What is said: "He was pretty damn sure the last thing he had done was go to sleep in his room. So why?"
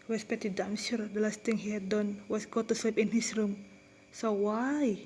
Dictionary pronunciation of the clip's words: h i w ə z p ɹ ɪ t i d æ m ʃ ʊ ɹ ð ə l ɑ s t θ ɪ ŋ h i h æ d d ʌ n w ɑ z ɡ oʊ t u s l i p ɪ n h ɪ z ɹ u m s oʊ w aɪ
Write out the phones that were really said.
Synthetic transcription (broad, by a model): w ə s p ɛ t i d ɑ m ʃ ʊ ɹ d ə l ɑ s t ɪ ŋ h i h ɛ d d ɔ n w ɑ s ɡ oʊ t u s l i p ɪ n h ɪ s ɹ u m s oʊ w aɪ